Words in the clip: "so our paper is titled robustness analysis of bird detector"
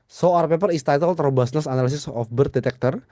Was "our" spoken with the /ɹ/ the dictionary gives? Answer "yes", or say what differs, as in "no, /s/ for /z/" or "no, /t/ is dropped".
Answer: yes